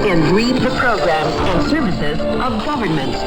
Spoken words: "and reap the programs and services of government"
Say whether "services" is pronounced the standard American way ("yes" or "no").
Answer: yes